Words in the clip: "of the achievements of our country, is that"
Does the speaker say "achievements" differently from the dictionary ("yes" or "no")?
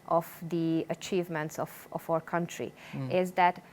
no